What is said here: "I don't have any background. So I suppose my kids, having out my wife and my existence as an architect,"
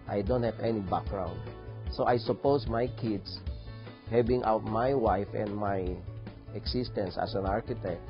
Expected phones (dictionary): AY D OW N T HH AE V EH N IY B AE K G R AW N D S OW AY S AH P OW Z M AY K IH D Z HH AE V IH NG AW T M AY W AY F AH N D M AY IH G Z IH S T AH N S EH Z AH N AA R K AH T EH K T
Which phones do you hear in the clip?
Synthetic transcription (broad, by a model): AY D OW N T HH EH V EH N IY B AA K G R AW N D S OW AY S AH P OW S M AY K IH D S HH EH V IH NG AW T M AY W AY F AH N D M AY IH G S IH S T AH N S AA S AH N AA R K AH T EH K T